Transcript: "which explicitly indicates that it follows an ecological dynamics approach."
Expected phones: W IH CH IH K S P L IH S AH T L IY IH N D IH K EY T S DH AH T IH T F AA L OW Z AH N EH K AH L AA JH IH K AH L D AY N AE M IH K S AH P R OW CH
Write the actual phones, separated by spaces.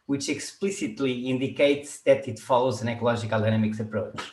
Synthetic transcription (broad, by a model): W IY CH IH K S P L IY S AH T L IY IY N D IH K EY T S DH AH T IH T F AA L OW Z AH N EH K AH L AA ZH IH K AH L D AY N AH M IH K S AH P R OW CH